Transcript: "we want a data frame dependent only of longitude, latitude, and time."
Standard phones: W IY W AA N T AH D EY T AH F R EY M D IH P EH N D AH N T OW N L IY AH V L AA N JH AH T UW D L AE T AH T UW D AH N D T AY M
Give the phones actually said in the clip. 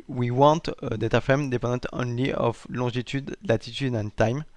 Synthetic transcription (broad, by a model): W IY W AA T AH D EY T AH F EY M D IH P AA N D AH T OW N L IY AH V L AA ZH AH T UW D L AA T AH T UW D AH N T AY M